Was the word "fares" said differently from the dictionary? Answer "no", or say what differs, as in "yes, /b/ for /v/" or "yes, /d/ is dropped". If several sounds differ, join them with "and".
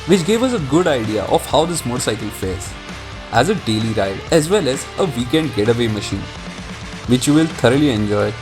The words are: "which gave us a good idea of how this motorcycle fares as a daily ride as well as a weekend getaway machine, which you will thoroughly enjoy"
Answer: yes, /l/ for /ɹ/